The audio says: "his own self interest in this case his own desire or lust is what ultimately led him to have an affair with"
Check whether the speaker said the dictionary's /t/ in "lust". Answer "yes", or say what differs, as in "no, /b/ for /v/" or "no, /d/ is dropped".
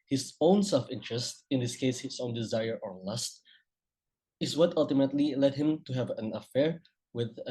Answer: yes